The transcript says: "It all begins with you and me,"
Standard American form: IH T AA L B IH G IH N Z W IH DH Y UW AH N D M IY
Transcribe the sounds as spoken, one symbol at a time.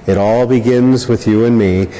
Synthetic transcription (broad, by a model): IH T AA L B IH G IH N Z W IH DH Y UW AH N M IY